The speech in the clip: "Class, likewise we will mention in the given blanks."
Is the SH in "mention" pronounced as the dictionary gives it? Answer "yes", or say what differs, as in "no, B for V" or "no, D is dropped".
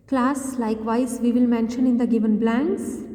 yes